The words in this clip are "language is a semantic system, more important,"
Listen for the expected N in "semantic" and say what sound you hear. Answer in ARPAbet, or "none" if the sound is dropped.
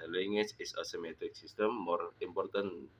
none